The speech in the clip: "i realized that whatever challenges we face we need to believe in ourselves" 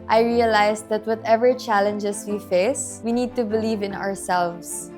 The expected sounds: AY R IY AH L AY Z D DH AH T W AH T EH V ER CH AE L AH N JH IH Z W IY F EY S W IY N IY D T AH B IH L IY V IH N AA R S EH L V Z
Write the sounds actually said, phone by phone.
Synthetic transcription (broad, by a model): AY R IY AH L AY S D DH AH T W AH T EH V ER CH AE L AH N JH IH S W IY F EY S W IY N IY D T AH B IH L IY V IH N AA R S EH L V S